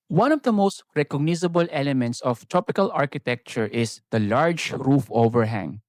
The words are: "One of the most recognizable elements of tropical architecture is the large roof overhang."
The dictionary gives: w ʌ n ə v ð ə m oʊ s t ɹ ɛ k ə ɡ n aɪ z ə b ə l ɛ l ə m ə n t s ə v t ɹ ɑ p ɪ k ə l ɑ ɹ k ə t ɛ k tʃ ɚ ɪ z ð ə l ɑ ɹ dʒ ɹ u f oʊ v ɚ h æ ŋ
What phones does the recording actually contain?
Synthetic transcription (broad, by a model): w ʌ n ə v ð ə m oʊ s t ɹ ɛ k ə ɡ n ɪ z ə b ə l ɛ l ə m ə n t s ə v t ɹ ɑ p ɪ k ə l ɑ ɹ k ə t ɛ k tʃ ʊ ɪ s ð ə l ɑ ɹ dʒ ɹ u f oʊ v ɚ h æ ŋ